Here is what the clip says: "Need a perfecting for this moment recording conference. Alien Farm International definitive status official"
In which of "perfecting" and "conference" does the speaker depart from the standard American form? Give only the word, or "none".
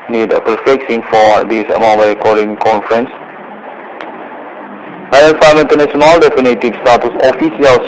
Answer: perfecting